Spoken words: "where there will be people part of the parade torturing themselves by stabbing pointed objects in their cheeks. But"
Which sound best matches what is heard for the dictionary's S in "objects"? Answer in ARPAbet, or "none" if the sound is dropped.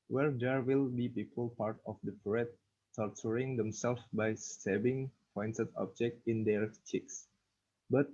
none